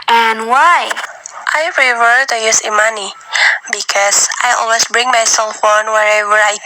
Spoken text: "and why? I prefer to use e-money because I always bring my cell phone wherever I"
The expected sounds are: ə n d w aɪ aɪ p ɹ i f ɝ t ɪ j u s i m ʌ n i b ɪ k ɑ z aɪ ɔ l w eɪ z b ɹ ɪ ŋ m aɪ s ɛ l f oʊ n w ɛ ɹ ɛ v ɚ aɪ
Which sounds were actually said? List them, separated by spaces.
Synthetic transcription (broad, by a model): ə n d w aɪ aɪ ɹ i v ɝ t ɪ j u s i m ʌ n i b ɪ k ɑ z aɪ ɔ l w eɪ s b ɹ ɪ ŋ m aɪ s ɛ l f oʊ n w ɛ ɹ ɛ v ɚ aɪ